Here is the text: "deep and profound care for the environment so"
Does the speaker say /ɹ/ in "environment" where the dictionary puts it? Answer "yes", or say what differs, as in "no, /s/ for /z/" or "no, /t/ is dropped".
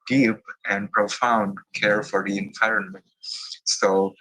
yes